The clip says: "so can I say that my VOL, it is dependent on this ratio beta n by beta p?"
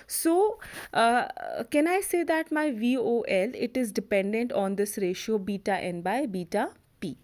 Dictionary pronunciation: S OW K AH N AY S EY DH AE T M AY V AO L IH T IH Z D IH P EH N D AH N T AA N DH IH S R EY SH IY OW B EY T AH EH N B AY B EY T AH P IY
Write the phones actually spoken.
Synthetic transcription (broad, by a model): S OW K AH N AY S EY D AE T M AY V AO L IH T IH Z D IH P EH N D AH N T AA N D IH S R EY SH IY OW B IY T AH EH N B AY B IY T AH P IY